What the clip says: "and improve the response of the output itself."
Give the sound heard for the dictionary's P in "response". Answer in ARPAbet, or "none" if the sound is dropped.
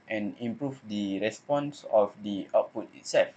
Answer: P